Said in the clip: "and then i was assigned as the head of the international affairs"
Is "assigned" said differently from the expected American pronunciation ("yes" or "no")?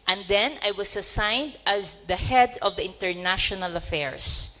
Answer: no